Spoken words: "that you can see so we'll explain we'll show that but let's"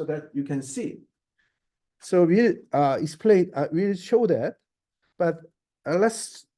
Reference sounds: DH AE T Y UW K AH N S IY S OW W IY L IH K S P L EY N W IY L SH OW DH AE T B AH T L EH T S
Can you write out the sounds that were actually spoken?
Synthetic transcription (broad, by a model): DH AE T Y UW K AH N S IY S OW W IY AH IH S P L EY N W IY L SH OW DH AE T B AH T L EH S